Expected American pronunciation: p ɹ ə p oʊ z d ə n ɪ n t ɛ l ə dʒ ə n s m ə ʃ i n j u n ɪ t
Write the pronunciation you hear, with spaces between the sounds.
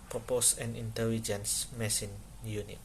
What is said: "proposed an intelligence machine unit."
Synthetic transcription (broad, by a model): p ɹ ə p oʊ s ə n ɪ n t ɛ l ə dʒ ə n s m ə s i n j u n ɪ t